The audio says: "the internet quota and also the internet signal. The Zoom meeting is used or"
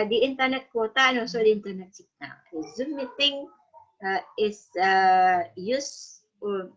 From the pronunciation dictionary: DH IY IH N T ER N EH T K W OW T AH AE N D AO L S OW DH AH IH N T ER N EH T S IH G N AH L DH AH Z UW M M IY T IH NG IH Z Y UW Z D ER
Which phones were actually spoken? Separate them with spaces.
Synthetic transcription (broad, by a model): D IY IH N T ER N EH T K W OW T AH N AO S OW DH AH IH N T ER N EH T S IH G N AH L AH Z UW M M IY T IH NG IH S Y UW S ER